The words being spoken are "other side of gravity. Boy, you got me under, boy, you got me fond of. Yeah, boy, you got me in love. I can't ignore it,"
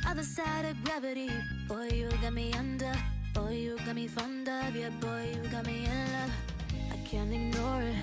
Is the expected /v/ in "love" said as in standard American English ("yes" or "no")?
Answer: no